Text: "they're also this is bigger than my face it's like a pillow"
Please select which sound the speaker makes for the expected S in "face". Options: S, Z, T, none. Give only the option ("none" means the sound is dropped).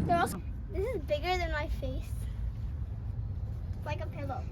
none